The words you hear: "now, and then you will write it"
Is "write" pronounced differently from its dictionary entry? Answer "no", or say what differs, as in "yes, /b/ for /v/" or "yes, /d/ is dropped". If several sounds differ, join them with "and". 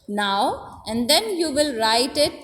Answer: no